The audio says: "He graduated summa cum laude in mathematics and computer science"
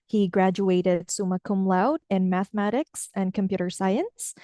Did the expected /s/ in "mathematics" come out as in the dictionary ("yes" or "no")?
yes